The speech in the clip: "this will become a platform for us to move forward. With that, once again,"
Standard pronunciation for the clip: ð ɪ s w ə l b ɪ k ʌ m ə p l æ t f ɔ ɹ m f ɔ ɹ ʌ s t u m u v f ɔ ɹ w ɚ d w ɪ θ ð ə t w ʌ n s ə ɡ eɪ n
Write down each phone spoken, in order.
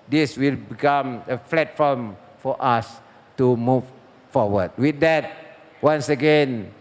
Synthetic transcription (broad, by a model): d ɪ s w ə l b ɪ k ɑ m ə f l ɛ t f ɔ m f ɔ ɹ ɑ s t u m u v f ɔ w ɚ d w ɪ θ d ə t w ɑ n s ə ɡ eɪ n